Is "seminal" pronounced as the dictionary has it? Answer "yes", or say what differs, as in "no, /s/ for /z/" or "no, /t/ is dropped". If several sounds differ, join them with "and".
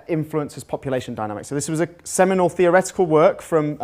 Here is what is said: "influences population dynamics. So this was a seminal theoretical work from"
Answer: yes